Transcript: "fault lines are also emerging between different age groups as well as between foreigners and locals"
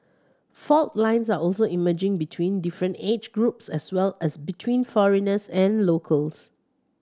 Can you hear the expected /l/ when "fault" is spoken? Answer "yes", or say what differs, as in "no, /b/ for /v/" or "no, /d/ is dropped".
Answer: yes